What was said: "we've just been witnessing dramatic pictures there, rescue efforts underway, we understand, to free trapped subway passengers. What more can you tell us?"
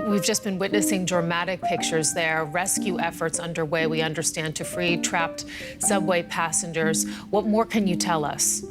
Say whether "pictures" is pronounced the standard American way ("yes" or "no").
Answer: yes